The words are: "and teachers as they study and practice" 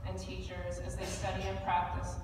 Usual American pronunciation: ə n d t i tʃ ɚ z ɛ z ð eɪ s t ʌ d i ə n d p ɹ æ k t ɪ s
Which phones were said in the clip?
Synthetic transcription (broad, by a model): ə n t i tʃ ɚ z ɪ z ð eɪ s t ʌ d i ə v p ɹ æ k t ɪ s